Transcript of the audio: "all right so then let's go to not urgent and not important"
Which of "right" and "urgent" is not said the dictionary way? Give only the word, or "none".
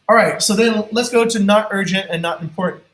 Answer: none